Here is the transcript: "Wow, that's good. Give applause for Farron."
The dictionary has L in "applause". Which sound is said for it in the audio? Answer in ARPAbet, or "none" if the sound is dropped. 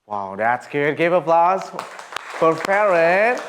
L